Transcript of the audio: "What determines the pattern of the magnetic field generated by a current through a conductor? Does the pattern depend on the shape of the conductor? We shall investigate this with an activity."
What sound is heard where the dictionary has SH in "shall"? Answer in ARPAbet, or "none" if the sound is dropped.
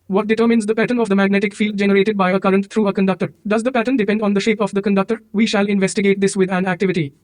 SH